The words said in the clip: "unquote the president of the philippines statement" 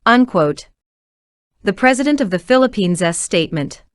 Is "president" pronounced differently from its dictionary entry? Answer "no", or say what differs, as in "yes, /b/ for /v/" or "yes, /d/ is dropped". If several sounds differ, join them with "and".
no